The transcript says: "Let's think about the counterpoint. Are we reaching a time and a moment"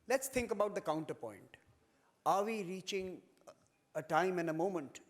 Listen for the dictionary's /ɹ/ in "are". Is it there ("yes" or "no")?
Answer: yes